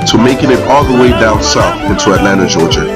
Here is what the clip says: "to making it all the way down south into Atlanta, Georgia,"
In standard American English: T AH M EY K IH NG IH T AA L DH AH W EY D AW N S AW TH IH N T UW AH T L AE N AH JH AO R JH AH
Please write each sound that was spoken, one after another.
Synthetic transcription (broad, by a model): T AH M EY K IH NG IH T AA L DH AH W EY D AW S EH F IH N T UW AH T L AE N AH JH AO R JH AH